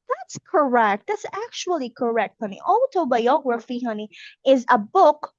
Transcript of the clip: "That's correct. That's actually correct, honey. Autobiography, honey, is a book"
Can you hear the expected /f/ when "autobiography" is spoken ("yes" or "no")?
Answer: yes